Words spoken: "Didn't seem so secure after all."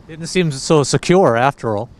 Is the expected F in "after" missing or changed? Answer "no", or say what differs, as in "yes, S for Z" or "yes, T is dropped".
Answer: no